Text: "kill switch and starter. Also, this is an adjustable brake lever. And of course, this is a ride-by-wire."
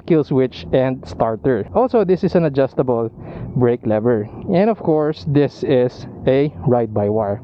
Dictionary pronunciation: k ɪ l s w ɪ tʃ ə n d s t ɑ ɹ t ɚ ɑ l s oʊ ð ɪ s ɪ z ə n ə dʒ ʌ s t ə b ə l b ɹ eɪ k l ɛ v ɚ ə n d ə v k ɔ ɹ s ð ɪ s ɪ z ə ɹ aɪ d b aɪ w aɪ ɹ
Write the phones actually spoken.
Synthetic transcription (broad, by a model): k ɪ l s w ɪ tʃ ə n d s t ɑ ɹ t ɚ ɑ l s oʊ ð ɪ s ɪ s ə n ə dʒ ʌ s t ə b ə l b ɹ eɪ k l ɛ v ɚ ə n d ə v k ɔ ɹ s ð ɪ s ɪ s ə ɹ aɪ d b aɪ w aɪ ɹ